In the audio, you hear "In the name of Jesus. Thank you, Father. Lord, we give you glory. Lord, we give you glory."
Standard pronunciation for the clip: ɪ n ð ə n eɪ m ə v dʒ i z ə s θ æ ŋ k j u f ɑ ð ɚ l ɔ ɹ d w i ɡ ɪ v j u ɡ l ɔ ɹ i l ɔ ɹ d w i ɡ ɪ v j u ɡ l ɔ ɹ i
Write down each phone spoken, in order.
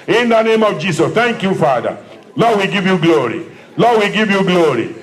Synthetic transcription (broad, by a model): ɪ n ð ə n eɪ m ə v dʒ i s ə s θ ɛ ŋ k j u f ɑ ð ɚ l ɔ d w i ɡ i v j u ɡ l ɔ ɹ i l ɔ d w i ɡ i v j u ɡ l ɔ ɹ i